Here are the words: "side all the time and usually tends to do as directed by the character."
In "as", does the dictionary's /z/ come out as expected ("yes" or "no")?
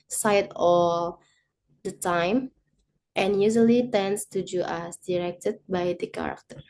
no